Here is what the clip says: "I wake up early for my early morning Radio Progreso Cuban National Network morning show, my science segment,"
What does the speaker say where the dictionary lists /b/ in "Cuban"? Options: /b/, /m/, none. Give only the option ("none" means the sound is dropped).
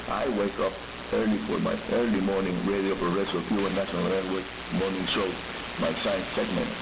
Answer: none